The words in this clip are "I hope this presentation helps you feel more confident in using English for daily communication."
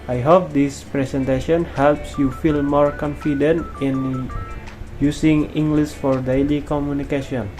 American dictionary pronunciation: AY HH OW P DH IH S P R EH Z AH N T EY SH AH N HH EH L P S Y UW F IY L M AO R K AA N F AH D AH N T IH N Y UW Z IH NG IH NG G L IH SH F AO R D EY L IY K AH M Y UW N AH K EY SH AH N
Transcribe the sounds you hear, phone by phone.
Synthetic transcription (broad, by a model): AY HH OW P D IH S P R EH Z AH N T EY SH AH N HH EH L P S Y UW F IY L M AO R K AA N F AH D AH N T IH N Y UW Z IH NG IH NG G L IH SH F AO R D EY L IY K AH M Y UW N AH K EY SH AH N